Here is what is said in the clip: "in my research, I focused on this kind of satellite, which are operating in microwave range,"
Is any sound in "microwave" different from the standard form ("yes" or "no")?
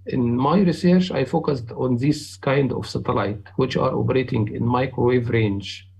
no